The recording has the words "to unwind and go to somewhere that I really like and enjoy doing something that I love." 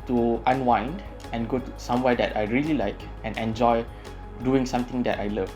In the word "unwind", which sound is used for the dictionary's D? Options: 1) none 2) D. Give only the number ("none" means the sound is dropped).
2